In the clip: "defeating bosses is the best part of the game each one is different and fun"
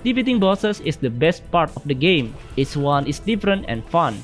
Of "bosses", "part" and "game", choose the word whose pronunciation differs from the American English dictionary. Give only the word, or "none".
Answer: bosses